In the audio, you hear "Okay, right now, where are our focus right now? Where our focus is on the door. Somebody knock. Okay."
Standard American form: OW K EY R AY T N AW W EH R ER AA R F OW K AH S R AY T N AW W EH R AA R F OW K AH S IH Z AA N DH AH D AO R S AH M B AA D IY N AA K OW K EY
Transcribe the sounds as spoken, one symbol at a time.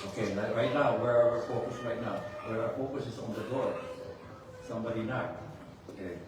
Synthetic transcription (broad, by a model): OW K EY R AY T N AW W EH R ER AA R F OW K AH S R AY T N AW W EH R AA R F OW K AH S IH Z AA N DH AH D AO R S AH M B AA D IY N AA OW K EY